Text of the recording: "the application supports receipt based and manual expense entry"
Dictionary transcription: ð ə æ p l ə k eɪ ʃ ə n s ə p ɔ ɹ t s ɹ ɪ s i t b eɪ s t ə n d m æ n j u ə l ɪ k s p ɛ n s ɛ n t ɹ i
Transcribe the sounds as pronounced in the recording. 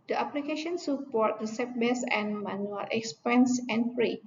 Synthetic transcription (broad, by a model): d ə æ p l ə k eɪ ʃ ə n s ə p ɔ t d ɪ s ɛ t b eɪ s ə n m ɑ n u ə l ɪ k s p ɛ n s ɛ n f ɹ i